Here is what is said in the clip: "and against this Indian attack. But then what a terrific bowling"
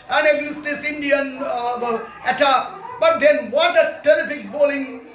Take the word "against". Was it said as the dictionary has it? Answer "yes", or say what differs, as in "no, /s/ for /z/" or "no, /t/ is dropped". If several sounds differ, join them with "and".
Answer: no, /n/ is dropped